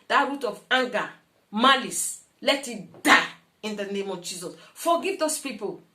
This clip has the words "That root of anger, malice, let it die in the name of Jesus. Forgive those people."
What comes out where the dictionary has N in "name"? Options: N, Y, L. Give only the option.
N